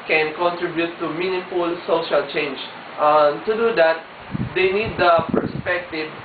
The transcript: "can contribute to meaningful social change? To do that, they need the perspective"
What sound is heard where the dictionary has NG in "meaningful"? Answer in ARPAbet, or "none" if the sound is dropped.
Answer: none